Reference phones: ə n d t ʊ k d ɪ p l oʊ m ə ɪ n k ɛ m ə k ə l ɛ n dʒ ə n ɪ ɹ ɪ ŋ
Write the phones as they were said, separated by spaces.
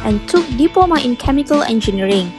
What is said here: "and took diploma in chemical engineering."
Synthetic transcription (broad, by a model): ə n t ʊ k d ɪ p oʊ m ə ɪ n k ɛ m ə k ə l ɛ n dʒ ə n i ɹ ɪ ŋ